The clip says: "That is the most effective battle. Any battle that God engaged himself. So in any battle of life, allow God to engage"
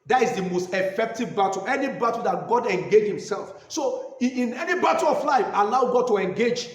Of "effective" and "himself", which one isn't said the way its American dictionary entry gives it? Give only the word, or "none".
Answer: none